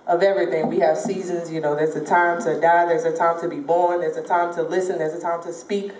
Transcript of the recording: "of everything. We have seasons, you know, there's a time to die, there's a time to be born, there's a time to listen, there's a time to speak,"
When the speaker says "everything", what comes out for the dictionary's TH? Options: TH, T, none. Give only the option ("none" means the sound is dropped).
TH